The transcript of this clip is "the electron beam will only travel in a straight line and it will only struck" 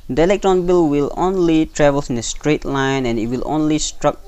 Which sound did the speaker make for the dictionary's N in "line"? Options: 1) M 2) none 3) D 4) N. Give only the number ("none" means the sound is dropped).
4